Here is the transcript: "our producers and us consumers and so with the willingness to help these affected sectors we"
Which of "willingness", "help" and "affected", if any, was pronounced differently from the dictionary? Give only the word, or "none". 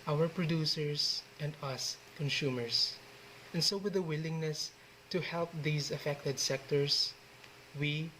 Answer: none